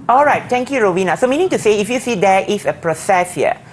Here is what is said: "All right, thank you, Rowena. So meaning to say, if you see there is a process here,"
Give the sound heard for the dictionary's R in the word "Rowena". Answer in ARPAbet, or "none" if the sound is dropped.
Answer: R